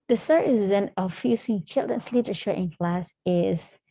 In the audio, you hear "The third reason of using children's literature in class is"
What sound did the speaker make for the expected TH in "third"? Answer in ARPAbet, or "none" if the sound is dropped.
S